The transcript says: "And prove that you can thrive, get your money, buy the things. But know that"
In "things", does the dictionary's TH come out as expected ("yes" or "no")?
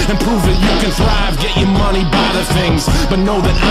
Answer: yes